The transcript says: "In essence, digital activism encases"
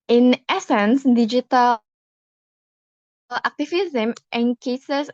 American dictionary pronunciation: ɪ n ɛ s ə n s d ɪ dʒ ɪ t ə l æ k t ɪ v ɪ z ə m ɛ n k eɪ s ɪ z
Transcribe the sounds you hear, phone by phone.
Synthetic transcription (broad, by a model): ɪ n ɛ s ə n s d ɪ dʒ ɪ t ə l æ k t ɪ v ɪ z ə m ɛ n k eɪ s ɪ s